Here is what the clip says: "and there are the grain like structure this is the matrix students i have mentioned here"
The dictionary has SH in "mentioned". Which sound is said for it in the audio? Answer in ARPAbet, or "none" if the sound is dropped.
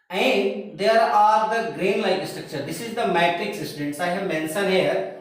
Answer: S